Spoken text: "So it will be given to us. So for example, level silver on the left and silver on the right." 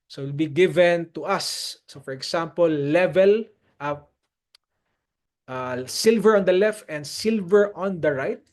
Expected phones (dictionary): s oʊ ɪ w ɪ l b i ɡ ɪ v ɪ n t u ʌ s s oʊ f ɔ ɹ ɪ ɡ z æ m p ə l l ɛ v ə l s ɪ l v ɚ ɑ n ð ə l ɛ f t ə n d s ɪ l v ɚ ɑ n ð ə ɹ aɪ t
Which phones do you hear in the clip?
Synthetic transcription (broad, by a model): s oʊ w ɪ l b i ɡ ɪ v ɪ n t u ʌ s s oʊ f ɔ ɹ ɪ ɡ s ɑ m p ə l l ɛ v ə l s ɪ l v ɚ ɑ n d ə l ɛ f t ə n d s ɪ l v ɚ ɑ n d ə ɹ aɪ t